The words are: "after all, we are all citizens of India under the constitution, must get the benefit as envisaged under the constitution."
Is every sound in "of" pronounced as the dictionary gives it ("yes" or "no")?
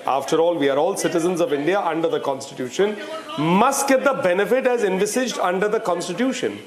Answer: yes